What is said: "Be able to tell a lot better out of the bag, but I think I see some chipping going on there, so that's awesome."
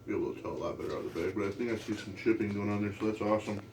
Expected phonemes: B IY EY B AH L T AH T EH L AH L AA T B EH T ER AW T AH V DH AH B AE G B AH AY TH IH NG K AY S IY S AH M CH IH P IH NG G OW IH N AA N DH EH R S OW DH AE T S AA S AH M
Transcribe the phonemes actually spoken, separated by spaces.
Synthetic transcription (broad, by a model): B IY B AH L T T EH L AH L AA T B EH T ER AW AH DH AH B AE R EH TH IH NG AY S IY S AH M CH IH P IH NG G OW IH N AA N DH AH R S OW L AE T S AA S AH M